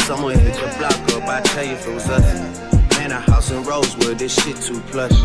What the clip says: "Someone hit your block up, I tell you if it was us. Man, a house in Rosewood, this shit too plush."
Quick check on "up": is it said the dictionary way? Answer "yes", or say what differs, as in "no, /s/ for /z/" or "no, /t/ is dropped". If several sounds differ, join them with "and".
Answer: no, /b/ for /p/